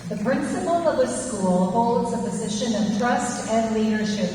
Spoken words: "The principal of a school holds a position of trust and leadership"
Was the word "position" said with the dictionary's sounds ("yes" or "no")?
yes